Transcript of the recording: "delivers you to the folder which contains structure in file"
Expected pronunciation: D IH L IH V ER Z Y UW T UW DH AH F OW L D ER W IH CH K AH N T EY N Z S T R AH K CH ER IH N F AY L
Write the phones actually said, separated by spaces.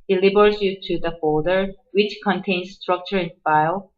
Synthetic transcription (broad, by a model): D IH L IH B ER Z Y UW T UW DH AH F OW D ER W IH CH K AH N T EY N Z S T R AH K CH ER IH N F AY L